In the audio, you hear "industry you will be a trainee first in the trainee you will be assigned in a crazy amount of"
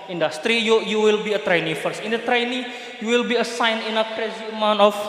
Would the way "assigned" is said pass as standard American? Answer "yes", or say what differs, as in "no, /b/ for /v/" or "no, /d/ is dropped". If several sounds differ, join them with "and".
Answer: no, /d/ is dropped